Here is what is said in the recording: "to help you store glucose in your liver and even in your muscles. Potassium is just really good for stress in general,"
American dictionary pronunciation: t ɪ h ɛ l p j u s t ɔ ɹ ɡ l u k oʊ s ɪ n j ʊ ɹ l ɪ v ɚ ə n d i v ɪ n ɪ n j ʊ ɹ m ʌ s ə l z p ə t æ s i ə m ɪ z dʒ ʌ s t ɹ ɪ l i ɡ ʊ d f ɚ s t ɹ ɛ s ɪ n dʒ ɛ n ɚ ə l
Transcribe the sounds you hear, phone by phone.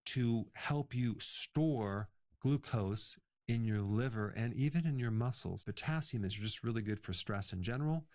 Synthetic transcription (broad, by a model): t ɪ h ɛ l p j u s t ɔ ɹ ɡ l u k oʊ s ɪ n j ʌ ɹ l ɪ v ɚ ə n i v ɪ n ɪ n j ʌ ɹ m ʌ s l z b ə t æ s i m ɪ z dʒ ʌ s t ɹ ɪ l i ɡ ʊ d f ɚ s t ɹ ɛ s ɪ n dʒ ɛ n ɚ l